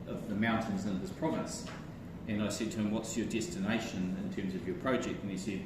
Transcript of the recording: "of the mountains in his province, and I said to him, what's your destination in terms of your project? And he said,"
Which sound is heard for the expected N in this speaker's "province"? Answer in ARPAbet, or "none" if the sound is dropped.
none